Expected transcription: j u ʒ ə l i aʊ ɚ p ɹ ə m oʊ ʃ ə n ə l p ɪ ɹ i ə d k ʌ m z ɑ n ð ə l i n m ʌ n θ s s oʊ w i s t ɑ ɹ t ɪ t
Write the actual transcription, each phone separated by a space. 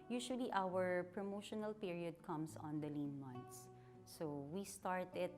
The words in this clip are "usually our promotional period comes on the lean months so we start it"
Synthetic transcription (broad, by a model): j u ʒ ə l i aʊ ɚ p ɹ ə m oʊ ʃ ə n ə l p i ɹ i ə d k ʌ m s ɑ n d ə l i n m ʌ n t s s oʊ w i s t ɑ ɹ t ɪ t